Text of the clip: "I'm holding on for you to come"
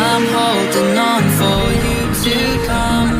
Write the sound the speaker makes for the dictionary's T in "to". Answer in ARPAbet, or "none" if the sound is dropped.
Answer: S